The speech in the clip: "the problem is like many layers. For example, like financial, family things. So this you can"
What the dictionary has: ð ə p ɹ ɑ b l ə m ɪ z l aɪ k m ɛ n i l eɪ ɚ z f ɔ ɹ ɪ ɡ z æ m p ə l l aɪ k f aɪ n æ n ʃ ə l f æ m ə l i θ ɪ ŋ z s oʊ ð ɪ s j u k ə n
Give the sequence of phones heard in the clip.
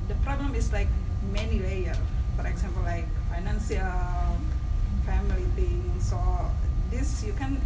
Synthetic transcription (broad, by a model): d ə p ɹ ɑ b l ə m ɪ s l aɪ k m ɛ n i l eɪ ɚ f ɔ ɹ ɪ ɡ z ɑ m p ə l l aɪ k f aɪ n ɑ n s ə l f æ m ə l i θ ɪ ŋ s oʊ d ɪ s j u k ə n